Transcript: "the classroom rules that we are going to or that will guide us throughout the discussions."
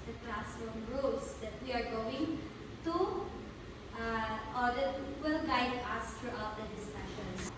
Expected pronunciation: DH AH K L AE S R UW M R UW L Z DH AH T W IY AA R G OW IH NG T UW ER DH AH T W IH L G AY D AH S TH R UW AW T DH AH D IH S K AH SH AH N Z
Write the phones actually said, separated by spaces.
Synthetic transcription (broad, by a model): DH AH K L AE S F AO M R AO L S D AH T W IY AA R G OW IH NG T UW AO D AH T W IH L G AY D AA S T R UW AW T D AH D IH S K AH SH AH N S